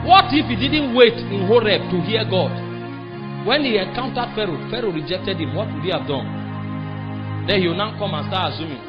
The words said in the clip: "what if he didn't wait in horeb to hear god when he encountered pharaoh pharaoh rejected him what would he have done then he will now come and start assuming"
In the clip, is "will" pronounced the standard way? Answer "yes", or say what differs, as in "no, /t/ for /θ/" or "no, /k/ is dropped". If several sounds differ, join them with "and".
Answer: no, /n/ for /l/